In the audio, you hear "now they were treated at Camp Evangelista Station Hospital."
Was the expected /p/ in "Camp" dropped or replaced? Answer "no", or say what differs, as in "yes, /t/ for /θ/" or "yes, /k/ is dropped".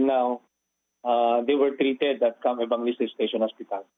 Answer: yes, /p/ is dropped